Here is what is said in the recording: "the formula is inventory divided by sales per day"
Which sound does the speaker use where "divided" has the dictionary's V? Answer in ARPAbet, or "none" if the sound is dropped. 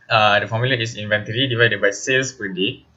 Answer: V